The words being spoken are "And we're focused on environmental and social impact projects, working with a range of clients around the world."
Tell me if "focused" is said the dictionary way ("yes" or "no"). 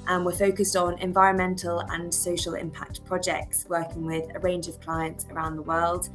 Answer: yes